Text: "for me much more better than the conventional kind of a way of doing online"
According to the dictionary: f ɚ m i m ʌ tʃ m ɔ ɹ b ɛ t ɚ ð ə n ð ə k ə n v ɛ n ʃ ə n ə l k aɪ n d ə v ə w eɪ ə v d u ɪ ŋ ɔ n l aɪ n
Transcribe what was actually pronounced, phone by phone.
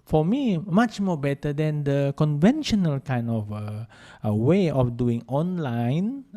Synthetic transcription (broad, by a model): f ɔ m i m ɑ tʃ m ɔ b ɛ t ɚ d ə n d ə k ə n v ɛ n ʃ ə n ə l k aɪ n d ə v ə w eɪ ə f d u ɪ ŋ ɔ n l aɪ n